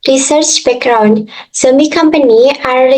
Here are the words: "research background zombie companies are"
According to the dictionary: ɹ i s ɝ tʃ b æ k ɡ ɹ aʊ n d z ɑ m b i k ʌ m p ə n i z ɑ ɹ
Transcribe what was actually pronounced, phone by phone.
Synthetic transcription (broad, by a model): ɹ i s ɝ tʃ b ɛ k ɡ ɹ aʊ n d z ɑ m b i k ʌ m p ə n i ɑ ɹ